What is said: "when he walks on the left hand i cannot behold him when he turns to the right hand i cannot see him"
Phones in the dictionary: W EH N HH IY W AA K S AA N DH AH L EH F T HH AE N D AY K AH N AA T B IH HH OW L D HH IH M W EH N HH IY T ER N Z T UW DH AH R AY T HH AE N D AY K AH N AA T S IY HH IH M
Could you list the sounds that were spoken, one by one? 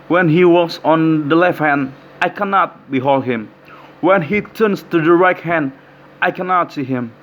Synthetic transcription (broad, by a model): W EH N HH IY W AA S AA N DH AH L EH F T HH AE N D AY K AH N AA T B IH HH OW L D HH IH M W EH N HH IY T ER N S T UW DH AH R AY T HH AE N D AY K AH N AA T S IY HH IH M